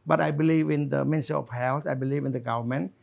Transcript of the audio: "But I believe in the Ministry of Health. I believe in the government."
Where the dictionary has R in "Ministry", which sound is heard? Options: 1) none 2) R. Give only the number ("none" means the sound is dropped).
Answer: 1